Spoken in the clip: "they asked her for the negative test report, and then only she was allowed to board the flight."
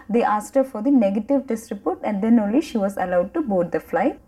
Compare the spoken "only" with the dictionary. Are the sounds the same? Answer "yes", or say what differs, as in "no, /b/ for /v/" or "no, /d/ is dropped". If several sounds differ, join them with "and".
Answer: yes